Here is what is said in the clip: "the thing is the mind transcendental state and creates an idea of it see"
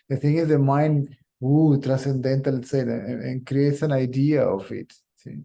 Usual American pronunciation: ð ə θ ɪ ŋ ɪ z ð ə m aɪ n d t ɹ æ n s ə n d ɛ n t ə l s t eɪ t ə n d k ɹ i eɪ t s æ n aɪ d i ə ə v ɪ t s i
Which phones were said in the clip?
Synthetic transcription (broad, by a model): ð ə t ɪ ŋ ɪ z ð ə m aɪ n d t ɹ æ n s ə n d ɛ n t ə l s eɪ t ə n k ɹ i eɪ t s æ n aɪ d i ə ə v ɪ t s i